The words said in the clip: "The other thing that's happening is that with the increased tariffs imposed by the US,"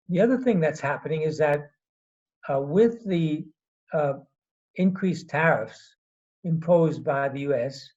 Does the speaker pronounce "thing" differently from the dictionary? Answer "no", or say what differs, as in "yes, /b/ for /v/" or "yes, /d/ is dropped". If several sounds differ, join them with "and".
no